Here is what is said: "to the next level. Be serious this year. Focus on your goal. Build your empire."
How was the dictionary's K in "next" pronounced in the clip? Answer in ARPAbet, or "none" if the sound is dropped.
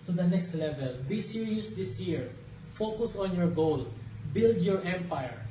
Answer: K